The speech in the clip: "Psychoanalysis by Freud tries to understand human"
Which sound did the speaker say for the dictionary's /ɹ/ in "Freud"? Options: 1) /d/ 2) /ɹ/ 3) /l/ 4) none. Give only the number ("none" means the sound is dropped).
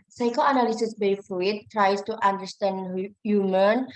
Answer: 4